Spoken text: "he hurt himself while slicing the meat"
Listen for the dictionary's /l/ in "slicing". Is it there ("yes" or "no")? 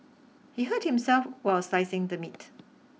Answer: no